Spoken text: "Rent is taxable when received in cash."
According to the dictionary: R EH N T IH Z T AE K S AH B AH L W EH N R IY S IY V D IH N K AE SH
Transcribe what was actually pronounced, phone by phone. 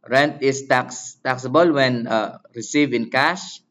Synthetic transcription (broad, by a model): R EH N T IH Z T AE K S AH B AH L W EH N R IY S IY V IH N K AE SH